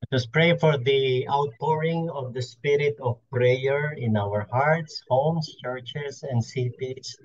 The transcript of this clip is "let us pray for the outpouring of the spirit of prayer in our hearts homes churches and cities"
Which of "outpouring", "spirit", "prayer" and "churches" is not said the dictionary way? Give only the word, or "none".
churches